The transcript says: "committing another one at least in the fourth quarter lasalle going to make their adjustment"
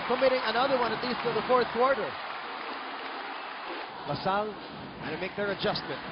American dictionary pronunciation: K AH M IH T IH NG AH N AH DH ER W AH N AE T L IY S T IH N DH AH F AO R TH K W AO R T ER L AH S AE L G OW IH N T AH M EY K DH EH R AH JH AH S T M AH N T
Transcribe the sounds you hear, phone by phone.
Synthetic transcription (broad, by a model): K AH M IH T IH NG AH N AH DH ER W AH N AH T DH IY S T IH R DH AH F AO R TH K W AO R T ER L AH S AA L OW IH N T M EY K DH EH R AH JH AH S T M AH N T